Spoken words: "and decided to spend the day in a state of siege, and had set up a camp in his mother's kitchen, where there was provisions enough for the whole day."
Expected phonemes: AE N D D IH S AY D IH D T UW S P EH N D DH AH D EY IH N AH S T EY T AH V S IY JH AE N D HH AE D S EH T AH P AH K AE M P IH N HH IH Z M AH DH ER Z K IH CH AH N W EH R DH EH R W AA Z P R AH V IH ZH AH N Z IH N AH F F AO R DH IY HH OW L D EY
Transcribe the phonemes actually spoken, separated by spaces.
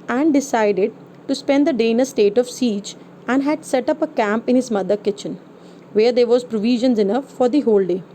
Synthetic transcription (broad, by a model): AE N D D IH S AY D IH D T UW S P EH N D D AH D EY IH N AH S T EY T AH V S IY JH AE N D HH AE D S EH T AH P AH K AE M P IH N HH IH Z M AH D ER K IH CH AH N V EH R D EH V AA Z P R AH V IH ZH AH N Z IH N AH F F AO R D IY HH OW L D EY